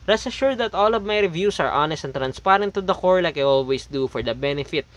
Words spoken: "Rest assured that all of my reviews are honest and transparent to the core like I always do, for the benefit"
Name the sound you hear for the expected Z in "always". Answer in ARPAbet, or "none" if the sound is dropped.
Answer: S